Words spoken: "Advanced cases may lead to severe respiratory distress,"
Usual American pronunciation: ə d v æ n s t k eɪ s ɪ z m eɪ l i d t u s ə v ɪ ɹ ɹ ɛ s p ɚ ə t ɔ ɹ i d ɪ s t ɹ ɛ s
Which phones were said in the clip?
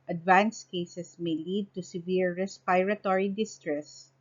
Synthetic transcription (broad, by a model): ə d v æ n s k eɪ s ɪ s m eɪ l i d t u s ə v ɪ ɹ ɹ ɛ s p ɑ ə t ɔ ɹ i d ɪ s t ɹ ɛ s